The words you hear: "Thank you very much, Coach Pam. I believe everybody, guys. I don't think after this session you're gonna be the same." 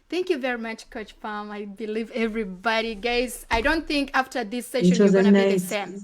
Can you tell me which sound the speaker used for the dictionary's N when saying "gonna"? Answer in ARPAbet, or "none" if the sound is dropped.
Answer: none